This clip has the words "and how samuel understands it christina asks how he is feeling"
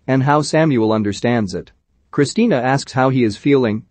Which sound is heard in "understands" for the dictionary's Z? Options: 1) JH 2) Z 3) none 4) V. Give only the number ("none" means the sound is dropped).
2